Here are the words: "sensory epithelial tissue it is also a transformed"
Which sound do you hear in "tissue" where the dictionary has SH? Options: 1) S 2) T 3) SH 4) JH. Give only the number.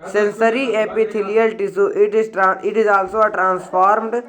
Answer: 1